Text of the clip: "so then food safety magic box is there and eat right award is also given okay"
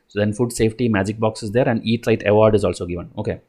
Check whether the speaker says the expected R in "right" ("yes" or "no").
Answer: no